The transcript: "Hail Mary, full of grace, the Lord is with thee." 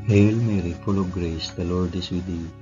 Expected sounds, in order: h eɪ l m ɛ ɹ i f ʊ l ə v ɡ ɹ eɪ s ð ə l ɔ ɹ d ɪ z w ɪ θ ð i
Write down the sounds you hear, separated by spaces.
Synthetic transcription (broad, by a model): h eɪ l m ɛ ɹ i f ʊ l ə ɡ ɹ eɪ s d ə l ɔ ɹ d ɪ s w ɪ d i